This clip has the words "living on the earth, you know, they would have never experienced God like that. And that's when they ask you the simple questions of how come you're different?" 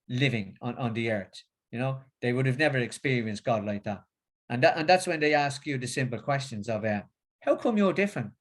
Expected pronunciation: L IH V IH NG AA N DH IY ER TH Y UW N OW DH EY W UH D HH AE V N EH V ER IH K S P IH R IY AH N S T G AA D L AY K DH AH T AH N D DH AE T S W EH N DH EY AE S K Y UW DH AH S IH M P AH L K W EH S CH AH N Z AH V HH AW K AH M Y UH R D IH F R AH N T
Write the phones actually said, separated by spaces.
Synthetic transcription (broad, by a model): L IH V IH NG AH N DH IY ER TH Y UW N OW DH EY W UH D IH V N EH V ER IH K S P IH R IY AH N S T G AA D L AY K DH AH T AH N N DH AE T S W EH N DH EY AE S K Y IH DH AH S IH M P AH L K W EH S CH AH N Z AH V HH AW K AH M Y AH R D IH F R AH N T